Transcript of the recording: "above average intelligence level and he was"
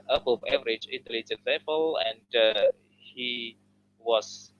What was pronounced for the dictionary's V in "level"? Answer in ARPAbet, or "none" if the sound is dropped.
F